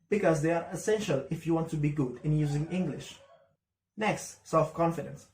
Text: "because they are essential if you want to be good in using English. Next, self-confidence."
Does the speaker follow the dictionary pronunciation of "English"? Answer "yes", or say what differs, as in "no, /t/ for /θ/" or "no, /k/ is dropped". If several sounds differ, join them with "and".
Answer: yes